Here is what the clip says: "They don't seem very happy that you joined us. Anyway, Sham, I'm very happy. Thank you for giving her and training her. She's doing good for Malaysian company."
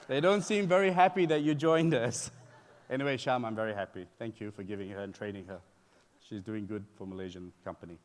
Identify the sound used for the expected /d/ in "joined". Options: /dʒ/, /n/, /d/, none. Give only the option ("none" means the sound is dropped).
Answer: /d/